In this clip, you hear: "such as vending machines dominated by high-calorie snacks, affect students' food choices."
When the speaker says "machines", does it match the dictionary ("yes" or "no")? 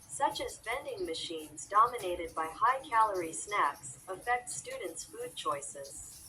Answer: yes